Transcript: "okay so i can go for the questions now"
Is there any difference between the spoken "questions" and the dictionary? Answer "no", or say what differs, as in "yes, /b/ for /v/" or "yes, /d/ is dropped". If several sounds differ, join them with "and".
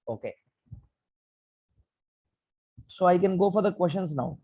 yes, /ʃ/ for /tʃ/